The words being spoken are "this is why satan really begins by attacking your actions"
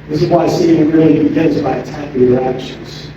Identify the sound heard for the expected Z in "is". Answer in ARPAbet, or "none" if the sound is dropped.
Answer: Z